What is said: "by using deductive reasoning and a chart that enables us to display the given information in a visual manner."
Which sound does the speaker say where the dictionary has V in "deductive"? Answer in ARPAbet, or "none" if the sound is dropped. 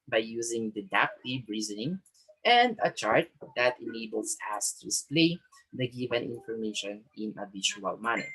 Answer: B